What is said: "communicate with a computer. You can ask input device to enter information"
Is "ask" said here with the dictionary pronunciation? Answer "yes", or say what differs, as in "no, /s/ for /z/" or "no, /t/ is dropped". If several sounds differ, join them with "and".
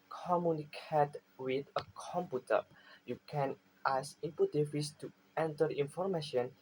no, /k/ is dropped